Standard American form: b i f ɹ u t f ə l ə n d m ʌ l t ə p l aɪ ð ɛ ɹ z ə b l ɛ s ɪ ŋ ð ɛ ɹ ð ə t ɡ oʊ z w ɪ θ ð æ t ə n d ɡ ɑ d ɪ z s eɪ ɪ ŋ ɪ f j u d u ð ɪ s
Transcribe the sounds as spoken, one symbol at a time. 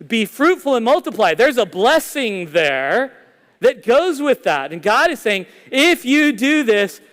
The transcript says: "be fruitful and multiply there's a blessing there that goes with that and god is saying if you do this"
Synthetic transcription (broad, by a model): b i f ɹ u t f l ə n m ʌ l t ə p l aɪ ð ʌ ɹ z ə b l ɛ s ɪ ŋ ð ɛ ɹ ð ə t ɡ oʊ z w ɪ ð æ t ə n ɡ ɑ d ɪ z s eɪ ɪ ŋ ɪ f j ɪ d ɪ ð ɪ s